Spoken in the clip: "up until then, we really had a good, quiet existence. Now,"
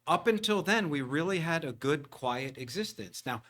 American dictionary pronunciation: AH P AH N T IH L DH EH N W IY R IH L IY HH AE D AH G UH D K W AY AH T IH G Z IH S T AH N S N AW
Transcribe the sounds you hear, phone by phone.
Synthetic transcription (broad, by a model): AH P AH N T IH L DH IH N W IY R IH L IY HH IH D AH G UH D K W AY AH T IH G Z IH S T AH N S N AW